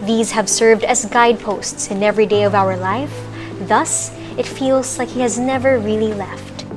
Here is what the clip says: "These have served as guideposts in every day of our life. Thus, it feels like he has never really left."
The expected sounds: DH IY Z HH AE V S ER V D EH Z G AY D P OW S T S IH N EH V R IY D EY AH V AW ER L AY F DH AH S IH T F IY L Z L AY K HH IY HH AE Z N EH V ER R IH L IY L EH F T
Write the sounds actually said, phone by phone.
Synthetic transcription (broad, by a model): DH IY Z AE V S ER V D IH Z G AY D P OW S T S IH N EH V R IY D EY AH V AW ER L AY F DH AH S IH T F IY L Z L AY K HH IY HH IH Z N EH V ER R IH L IY L EH F T